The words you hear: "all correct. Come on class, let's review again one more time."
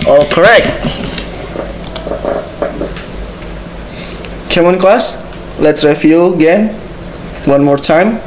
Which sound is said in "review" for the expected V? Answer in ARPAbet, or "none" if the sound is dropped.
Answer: F